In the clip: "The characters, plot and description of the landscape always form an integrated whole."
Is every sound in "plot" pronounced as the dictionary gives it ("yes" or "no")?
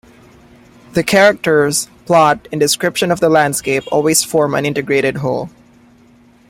yes